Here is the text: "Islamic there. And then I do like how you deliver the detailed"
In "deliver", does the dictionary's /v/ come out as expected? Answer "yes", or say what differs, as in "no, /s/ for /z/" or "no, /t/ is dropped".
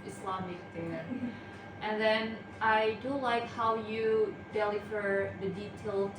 no, /f/ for /v/